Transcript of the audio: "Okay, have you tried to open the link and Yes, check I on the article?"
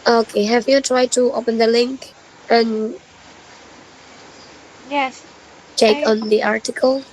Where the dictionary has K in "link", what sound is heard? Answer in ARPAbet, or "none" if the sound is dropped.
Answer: K